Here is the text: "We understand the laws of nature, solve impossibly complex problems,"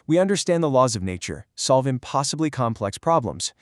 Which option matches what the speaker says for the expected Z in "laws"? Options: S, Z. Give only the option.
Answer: Z